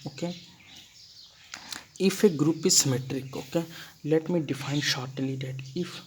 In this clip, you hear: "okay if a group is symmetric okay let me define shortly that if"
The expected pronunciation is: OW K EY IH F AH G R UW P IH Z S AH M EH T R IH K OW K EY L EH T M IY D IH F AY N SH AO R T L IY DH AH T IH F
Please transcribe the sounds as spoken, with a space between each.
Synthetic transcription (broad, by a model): OW K EY IH F AH G R UW P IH S M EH T R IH K OW K EY L EH T M IY D IH F AY N SH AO R T L IY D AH T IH F